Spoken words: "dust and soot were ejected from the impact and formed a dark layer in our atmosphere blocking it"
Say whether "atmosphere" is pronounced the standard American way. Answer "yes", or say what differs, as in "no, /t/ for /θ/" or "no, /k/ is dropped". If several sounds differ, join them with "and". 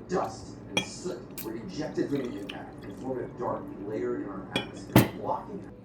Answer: no, /f/ is dropped